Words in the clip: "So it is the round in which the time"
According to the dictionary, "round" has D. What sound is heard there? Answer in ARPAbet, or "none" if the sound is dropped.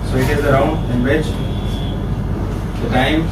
none